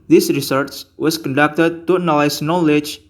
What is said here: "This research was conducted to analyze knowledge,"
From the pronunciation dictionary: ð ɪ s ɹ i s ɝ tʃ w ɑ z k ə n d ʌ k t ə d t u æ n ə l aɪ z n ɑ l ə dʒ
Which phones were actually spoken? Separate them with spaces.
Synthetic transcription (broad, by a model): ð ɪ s ɹ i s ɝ s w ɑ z k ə n d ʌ k t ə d t u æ n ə l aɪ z n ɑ l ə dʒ